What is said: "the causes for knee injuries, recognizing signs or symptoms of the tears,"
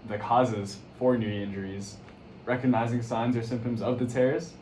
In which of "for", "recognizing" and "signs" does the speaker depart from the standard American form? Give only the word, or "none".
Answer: none